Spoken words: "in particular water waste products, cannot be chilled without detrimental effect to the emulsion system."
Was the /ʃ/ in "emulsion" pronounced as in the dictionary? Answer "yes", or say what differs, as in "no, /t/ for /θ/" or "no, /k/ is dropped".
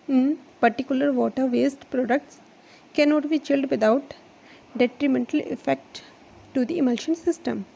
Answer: yes